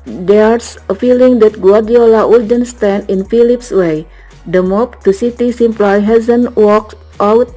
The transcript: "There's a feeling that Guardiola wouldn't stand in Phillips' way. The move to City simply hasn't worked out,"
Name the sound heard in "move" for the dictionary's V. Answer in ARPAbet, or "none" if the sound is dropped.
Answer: P